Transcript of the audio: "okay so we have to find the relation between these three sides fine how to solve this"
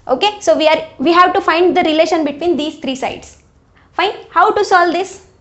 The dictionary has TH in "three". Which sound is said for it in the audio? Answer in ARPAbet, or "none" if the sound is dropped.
T